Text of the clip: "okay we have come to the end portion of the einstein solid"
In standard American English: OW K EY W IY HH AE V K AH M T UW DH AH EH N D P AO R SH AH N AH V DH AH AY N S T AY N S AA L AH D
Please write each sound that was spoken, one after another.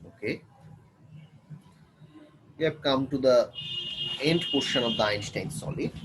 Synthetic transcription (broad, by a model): OW K EY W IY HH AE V K AH M T UW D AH EH N D P AO R SH AH N AH V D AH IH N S T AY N S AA L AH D